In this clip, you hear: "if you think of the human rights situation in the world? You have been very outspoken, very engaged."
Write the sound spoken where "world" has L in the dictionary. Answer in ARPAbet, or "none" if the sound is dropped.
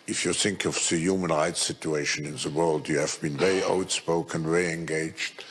L